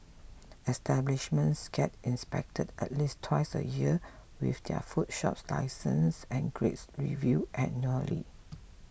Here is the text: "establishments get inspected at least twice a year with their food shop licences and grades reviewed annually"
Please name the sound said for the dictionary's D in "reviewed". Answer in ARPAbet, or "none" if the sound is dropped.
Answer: none